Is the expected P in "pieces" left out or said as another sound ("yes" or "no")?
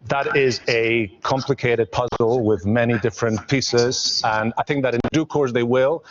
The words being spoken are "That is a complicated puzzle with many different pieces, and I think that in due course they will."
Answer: no